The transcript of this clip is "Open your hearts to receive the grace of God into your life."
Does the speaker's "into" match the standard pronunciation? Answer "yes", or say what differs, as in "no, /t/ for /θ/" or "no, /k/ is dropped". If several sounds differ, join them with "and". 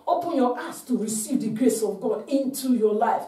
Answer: yes